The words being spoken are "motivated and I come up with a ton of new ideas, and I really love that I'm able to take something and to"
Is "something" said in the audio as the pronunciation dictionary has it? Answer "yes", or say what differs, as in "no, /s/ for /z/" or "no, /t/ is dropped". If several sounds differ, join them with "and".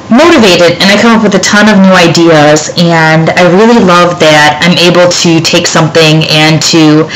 yes